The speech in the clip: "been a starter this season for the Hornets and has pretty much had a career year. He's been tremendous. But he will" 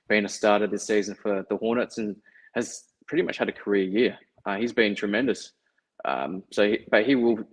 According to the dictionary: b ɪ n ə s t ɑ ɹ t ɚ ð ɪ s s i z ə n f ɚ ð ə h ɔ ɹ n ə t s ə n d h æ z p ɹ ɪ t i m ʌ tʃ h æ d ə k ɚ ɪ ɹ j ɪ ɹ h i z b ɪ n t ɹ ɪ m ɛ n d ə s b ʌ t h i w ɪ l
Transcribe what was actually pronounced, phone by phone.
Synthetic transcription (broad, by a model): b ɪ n ə s t ɑ ɹ t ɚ ð ɪ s s i z ə n f ɚ ð ə h ɔ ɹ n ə t s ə n h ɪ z p ɹ ɪ t i m ʌ tʃ h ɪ d ə k ɚ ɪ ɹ j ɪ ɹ h i z b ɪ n t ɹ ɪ m ɛ n d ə s b ʌ t h i w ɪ l